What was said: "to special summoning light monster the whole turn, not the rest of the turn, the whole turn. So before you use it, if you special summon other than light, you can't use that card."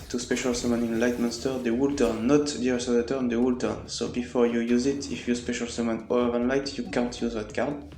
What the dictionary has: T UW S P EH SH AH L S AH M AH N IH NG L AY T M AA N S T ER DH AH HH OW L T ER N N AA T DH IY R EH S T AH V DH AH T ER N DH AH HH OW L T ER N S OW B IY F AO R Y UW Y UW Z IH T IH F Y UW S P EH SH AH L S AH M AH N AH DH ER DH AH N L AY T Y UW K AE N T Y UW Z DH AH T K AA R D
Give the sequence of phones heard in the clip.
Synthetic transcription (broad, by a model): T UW S P EH SH AH L S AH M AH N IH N L AY T M AA N S T ER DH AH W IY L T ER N N AA T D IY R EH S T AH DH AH T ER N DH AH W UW L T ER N S OW B IY F AO R Y UW Y UW Z IH T IH F Y UW S P EH SH AH L S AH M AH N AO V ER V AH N L AY T Y UW K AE N T Y UW Z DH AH T K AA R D